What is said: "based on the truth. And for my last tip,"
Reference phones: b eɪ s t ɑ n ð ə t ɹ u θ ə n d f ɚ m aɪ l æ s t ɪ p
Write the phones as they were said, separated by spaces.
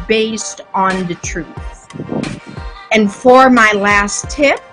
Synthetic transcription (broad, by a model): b eɪ s t n ð ə t ɹ u θ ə n f ɚ m aɪ l æ s t ɪ p